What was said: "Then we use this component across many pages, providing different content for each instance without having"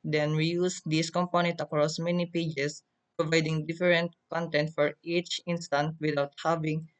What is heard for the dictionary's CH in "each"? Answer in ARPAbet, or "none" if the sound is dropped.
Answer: CH